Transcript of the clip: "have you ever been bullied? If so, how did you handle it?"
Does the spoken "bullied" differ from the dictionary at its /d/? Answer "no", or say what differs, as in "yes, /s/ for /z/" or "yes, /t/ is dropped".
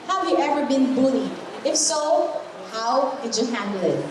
yes, /d/ is dropped